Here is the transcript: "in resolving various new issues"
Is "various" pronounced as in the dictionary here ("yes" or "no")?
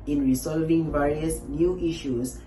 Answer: yes